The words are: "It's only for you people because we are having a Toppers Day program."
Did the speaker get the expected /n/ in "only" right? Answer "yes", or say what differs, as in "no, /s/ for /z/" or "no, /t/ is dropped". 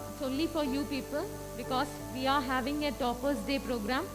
no, /n/ is dropped